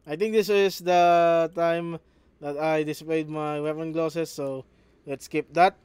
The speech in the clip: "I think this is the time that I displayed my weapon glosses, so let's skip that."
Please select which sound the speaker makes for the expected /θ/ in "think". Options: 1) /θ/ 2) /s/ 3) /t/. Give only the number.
3